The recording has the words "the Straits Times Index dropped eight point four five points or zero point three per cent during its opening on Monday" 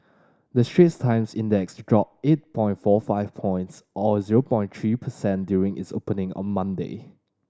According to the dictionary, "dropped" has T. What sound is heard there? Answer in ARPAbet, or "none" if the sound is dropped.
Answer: none